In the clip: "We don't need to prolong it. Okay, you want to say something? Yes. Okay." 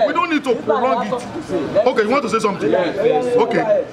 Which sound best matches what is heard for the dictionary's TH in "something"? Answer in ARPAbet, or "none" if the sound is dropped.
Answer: T